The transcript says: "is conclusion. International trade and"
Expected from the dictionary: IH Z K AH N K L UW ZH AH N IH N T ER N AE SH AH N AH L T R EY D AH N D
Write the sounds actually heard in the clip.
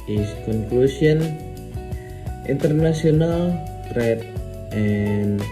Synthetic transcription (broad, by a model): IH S K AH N K L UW S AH N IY N T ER N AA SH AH N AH L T R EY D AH N